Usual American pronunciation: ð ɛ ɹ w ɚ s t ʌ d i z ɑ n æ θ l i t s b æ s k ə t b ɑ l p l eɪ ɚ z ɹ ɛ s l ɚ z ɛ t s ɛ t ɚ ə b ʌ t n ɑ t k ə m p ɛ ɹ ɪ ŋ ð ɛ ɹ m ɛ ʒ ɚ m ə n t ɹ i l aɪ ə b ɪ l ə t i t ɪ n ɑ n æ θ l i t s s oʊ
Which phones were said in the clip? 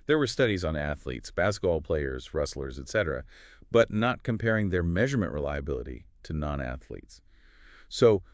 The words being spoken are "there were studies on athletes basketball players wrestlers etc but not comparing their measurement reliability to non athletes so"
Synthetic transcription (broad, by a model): ð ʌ ɹ w ɚ s t ʌ d i z n æ θ l i t s b æ s k ə t b ɑ l p l eɪ ɚ z ɹ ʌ s l ɚ z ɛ t s ɛ t ɚ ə b ʌ t n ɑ t k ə m p ɛ ɹ ɪ ŋ ð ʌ ɹ m ɛ ʒ ɚ m ə n t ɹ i l aɪ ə b ɪ l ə t i t ɪ n ɑ n æ θ l i t s s oʊ